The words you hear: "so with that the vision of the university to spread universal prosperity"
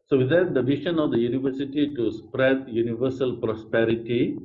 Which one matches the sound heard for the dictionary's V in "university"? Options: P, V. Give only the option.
V